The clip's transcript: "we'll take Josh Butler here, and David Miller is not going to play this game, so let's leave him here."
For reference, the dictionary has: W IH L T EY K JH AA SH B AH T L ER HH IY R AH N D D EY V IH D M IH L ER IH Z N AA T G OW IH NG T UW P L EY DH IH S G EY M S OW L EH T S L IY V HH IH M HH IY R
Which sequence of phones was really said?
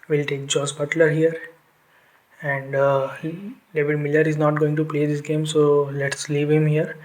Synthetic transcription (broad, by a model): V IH L T EY K JH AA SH B AH T L ER HH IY R AH N D D EY V IH D M IH L ER IH Z N AA T G OW IH NG T UW P L EY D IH S G EY M S OW L EH T S L IY V HH IH M HH IY R